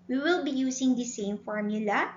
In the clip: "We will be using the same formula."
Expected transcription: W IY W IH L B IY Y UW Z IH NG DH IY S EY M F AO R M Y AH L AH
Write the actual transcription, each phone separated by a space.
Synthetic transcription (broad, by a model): W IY W IH L B IY Y UW S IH NG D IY S EY M F AO R M Y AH L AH